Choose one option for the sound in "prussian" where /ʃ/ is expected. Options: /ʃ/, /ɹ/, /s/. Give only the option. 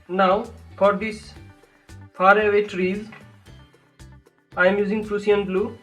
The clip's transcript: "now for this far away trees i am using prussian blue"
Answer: /s/